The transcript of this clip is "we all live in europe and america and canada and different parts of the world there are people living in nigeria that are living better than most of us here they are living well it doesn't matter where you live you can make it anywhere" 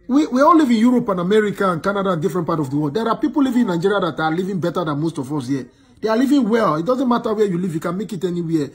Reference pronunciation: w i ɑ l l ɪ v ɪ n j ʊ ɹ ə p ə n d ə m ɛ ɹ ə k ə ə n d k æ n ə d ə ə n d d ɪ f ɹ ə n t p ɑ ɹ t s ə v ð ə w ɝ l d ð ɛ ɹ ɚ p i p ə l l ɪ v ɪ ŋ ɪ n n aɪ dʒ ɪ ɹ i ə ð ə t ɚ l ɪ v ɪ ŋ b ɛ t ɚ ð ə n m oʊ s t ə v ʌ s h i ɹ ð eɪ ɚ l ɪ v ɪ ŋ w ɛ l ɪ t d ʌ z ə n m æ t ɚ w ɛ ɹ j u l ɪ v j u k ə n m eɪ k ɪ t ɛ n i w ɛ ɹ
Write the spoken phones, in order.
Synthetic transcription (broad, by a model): w i ɑ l l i v ɪ n j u ɹ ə p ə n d ə m ɛ ɹ ə k ə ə n k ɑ n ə d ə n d d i f ɹ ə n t p ɑ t ə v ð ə w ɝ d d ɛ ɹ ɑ p i p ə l l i v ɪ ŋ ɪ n n aɪ dʒ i ɹ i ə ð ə t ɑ l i v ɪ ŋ b ɛ t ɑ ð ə n m oʊ s t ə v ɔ s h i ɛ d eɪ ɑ l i v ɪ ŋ w ɛ l ɪ t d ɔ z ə n m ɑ t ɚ w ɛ j u l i v j u k ə n m eɪ k ɪ t ɛ n i w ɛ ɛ